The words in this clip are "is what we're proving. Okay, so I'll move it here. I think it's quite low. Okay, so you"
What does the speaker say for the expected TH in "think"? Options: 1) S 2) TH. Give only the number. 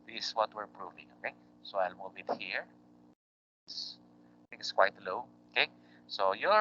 1